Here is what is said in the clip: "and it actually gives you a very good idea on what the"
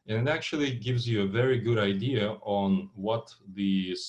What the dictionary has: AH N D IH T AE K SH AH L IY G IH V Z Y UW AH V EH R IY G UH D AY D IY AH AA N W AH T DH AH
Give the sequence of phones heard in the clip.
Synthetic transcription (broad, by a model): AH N IH T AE K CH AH L IY G IH V Z Y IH AH V EH R IY G UH D AY D IY AH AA N W AH T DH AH